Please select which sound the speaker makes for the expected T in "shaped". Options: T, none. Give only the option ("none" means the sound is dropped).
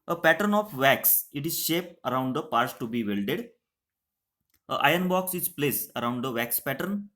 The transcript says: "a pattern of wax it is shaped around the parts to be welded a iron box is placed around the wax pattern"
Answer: none